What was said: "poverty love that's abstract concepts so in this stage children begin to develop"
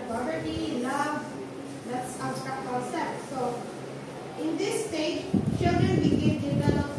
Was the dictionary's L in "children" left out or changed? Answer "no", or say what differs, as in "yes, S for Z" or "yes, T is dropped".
yes, L is dropped